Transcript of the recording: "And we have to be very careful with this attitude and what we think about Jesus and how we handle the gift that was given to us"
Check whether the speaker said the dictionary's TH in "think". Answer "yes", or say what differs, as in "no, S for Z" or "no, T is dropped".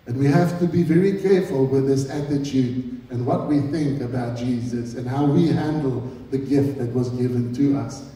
yes